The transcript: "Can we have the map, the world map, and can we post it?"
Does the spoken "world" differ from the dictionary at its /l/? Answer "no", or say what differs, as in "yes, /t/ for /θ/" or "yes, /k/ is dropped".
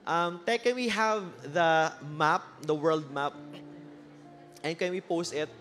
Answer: no